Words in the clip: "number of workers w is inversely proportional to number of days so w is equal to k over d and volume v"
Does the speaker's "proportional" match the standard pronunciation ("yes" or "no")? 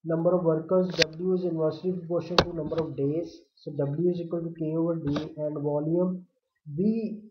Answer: no